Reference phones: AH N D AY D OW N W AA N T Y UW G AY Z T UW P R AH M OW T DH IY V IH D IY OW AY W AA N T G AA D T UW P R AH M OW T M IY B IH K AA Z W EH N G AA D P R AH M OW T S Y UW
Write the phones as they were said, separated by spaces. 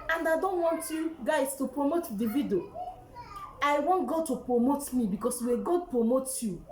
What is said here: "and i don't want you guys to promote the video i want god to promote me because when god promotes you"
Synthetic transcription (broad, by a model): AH N D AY D OW N W AA N T Y UW G AY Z T UW P R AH M OW T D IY V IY D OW AY W AA N T G AA D T UW P R AH M OW T M IY B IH K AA S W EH G AA D P R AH M OW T Y UW